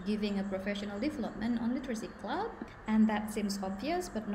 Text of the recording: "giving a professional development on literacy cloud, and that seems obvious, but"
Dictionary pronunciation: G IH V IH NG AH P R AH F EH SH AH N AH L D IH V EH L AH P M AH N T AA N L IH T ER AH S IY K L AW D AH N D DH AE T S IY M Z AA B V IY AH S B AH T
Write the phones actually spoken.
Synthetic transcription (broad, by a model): G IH V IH NG AH P R AH F EH SH AH N AH L D IH V EH L AH P M AH N T AA N L IH T ER AH S IY K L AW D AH N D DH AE T S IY M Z AA B V IY AH S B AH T